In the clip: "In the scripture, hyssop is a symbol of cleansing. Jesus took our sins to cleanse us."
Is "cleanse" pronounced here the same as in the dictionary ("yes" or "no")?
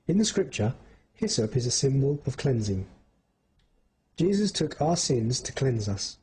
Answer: yes